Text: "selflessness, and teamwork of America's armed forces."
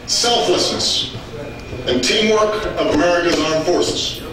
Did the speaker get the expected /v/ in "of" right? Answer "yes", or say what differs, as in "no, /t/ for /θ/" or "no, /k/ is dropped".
yes